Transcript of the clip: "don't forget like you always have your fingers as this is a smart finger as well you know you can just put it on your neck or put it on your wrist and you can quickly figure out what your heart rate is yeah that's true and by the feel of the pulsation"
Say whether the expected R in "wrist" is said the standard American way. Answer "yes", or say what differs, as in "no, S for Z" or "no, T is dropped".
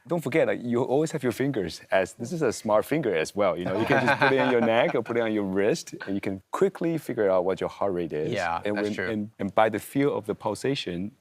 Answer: yes